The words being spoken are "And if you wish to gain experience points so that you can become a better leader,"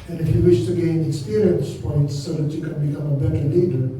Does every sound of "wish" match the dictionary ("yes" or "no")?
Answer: yes